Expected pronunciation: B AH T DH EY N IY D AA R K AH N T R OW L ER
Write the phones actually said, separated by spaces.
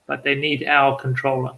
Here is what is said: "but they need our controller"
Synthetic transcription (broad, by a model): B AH T DH EY N IY D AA L K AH N T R OW L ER